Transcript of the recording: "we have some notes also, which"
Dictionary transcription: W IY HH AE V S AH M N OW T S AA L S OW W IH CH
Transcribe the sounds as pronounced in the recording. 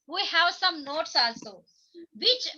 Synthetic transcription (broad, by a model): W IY HH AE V S AH M N OW T S AA L S OW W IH CH